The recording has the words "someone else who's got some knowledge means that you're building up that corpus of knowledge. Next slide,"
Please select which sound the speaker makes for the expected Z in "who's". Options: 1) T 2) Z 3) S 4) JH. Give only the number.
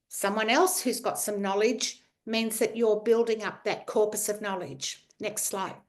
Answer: 2